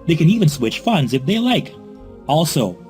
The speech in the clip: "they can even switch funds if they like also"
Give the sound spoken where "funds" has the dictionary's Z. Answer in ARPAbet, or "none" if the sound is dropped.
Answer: Z